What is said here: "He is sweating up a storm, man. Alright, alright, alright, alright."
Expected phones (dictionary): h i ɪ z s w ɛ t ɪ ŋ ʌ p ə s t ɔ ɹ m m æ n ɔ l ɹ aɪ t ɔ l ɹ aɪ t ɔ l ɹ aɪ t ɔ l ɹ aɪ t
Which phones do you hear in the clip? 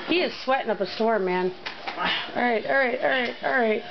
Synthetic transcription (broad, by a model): h i ɪ z s w ɛ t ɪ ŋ ʌ p ə s t ɔ ɹ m m æ n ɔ ɹ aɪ t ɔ ɹ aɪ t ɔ ɹ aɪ t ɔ ɹ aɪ t